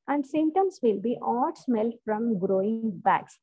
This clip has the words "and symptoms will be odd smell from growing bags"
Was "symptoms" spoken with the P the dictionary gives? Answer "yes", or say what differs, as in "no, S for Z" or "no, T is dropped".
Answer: no, P is dropped